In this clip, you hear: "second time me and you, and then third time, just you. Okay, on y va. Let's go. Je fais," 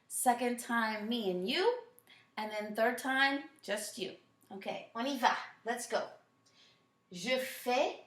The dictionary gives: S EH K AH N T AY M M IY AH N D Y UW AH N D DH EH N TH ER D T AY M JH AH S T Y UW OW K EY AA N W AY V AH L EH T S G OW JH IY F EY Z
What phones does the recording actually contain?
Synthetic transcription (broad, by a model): S EH K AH N T AY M M IY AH N Y UW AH N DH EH N TH ER D T AY M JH AH S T Y UW OW K EY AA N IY V AH L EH T S G OW ZH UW F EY